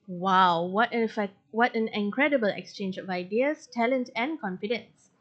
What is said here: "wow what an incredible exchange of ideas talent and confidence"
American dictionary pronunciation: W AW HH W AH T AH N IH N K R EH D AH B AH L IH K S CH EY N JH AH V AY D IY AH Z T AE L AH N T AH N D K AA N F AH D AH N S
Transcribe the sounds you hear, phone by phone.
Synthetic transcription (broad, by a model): W AW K W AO T AH N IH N K R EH D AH B AH L IH K S CH EY N JH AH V AY D IY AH S T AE L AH N T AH N K AA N F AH D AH N S